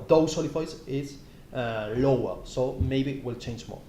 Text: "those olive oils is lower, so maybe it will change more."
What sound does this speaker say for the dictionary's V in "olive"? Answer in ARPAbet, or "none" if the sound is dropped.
F